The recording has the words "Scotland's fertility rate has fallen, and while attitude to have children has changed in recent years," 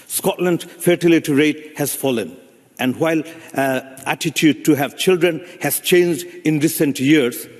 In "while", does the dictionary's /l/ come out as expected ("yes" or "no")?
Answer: yes